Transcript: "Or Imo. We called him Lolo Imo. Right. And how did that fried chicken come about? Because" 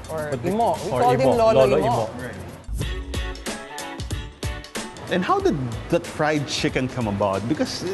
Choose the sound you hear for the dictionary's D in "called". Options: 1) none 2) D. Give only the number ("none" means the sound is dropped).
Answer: 1